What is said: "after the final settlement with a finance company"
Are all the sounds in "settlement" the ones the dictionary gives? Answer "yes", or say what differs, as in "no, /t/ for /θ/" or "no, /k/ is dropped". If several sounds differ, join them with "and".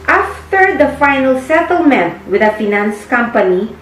yes